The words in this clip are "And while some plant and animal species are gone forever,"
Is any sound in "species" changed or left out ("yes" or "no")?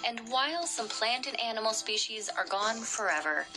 no